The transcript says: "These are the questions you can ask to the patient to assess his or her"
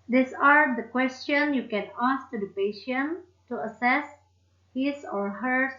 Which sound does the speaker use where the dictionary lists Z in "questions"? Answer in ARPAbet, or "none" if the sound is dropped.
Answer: none